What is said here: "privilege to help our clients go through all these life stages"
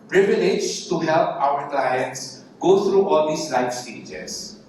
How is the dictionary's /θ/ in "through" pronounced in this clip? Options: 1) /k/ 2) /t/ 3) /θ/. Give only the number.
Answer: 2